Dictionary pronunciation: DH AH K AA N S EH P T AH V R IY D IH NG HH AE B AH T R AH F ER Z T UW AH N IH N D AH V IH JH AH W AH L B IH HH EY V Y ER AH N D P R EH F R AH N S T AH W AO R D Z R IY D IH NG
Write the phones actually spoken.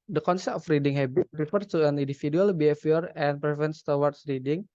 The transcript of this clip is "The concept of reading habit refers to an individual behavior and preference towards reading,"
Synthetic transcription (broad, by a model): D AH K AA N S EH P T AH F R IY D IH NG HH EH B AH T R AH F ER T UW AH N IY N D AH F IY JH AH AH L B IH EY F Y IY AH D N P R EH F AH N S T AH W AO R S R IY D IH NG